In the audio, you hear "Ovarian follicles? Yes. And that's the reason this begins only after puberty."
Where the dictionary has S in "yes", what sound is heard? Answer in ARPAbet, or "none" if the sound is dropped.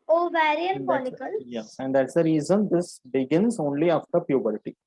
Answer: none